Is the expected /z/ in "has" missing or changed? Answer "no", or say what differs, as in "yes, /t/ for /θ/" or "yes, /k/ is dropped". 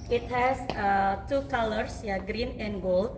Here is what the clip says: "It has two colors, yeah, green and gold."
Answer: yes, /s/ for /z/